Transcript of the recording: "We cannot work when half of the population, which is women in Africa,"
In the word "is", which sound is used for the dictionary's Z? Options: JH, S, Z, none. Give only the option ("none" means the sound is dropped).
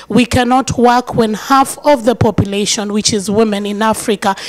Z